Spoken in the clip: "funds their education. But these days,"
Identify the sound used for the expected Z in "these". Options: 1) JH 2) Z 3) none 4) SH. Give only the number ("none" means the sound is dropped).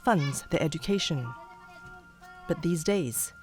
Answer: 2